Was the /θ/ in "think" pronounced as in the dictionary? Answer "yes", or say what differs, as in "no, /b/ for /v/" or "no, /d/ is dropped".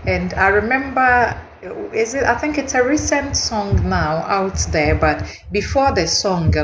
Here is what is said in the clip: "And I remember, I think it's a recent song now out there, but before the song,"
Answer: yes